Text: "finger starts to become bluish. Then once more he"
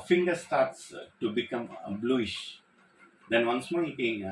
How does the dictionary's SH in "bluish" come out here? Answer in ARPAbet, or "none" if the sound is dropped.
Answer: SH